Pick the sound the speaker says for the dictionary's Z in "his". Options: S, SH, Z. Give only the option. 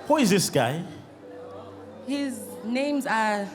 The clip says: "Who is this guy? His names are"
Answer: Z